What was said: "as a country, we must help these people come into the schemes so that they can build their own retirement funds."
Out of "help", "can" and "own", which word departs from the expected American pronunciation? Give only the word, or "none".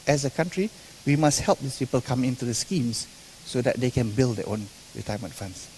none